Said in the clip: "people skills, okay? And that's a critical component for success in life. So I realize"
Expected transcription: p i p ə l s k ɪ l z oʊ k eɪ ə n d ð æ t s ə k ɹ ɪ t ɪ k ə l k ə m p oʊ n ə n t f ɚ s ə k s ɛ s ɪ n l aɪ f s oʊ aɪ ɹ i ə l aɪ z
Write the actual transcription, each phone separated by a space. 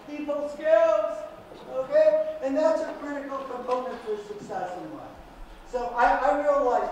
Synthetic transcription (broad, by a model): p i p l s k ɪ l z oʊ k eɪ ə n ð æ t s ə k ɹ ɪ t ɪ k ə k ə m oʊ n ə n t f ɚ s ə k s ɛ s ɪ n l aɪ s oʊ aɪ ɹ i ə l aɪ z